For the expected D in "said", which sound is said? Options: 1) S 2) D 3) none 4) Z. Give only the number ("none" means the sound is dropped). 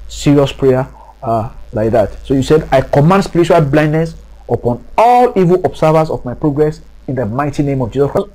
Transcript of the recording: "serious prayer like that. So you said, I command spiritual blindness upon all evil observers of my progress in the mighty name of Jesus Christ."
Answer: 2